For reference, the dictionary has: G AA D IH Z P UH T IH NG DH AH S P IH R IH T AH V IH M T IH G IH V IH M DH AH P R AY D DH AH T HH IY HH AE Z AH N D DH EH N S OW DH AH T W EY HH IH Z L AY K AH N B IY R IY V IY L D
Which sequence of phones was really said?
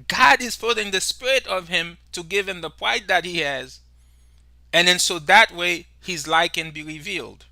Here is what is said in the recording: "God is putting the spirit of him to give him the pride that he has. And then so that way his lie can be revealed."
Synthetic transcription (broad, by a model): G AA D IH Z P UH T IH NG DH AH S P IH R IH T AH V IH M T IH G IH V IH M DH AH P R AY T DH AH T HH IY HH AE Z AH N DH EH N S OW DH AH T W EY HH IH Z L AY K AH N B IY R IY V IY L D